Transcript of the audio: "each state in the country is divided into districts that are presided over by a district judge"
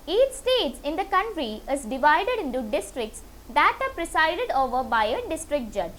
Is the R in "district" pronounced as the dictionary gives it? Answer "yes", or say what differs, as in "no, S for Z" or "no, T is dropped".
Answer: yes